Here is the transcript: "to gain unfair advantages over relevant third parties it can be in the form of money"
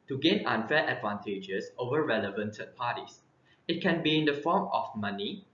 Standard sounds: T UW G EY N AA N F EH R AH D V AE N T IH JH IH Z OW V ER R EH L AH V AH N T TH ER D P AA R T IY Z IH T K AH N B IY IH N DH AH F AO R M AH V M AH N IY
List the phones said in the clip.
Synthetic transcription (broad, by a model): T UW G EY N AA N F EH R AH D V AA N T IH JH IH S OW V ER R EH L AH V AH N T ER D P AA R T IY S IH T K AH N B IY IH N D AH F AO M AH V M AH N IY